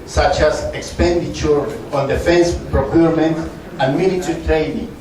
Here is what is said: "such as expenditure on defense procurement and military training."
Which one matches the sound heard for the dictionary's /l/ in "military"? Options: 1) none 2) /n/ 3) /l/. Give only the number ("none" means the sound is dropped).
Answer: 2